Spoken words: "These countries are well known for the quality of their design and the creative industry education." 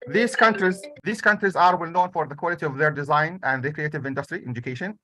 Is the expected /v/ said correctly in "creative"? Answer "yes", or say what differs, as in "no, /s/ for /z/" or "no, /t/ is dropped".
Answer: yes